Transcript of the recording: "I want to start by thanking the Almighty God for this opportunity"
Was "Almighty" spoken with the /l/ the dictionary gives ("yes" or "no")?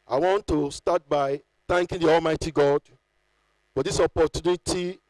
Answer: yes